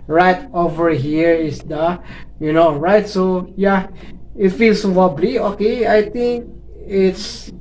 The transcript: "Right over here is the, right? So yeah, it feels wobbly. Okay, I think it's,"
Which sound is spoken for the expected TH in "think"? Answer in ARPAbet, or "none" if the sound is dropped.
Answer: T